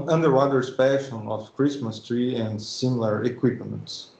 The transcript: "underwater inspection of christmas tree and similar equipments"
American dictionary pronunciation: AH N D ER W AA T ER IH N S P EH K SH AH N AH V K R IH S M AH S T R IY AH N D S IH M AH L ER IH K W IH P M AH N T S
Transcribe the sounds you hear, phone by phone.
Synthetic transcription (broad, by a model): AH N D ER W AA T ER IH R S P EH SH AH N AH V K R IH S M AH S T R IY AH N D S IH M L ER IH K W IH P M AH N T S